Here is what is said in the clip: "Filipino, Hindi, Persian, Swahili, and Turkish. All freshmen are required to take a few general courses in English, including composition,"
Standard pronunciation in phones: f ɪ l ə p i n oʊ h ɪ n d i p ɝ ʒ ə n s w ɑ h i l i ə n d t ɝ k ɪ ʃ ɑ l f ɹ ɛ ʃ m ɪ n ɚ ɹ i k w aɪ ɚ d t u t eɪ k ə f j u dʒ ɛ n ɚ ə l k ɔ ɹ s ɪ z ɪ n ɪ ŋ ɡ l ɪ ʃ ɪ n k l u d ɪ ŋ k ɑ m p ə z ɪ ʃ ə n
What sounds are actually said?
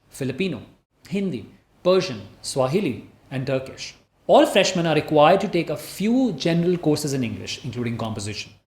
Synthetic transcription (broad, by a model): f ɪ l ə p i n oʊ h ɪ n d i p ɝ ʒ ə n s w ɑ h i l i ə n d t ɝ k ɪ ʃ ɑ l f ɹ ɛ ʃ m ɪ n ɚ ɹ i k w aɪ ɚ d t u t eɪ k ə f j u dʒ ɛ n ɚ ə l k ɔ ɹ s ɪ z ɪ n ɪ ŋ ɡ l ɪ ʃ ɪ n k l u d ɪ ŋ k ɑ m p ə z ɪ ʃ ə n